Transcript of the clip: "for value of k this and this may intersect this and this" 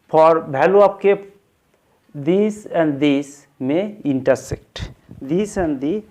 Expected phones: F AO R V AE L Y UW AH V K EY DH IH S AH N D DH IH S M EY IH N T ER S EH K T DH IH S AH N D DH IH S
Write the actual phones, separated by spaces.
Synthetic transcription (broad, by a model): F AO R B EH L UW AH P K EY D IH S AH N D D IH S M EY IH N T ER S EH K T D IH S AH N D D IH